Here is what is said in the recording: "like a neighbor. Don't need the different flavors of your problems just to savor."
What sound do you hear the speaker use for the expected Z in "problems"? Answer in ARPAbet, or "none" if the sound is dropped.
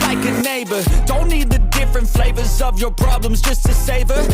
Z